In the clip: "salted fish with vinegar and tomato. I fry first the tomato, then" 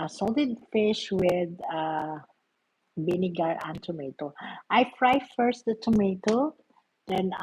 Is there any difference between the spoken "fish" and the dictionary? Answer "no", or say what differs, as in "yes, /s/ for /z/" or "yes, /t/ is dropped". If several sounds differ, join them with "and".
no